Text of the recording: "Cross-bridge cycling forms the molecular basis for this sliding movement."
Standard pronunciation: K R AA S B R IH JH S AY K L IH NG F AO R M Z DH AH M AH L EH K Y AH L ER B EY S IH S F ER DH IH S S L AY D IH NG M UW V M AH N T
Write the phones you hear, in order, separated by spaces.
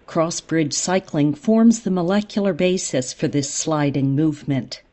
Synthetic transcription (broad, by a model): K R AA S B R IH JH S AY K L IH NG F AO R M Z DH AH M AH L EH K Y L ER B EY S IH S F ER DH IH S S L AY D IH NG M UW V M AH N T